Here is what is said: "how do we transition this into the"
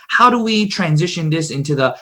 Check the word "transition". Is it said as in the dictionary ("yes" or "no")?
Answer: yes